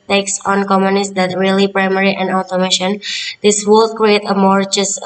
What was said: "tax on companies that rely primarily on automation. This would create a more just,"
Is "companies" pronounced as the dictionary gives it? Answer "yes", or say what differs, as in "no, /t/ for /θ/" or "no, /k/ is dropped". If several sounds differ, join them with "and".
no, /p/ is dropped